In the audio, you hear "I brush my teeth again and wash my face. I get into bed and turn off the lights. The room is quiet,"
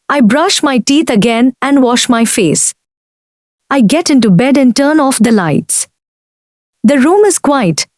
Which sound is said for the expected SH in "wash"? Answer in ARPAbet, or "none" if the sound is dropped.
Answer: SH